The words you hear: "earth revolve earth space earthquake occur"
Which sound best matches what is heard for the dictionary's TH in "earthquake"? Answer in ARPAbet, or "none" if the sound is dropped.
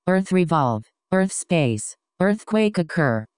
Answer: TH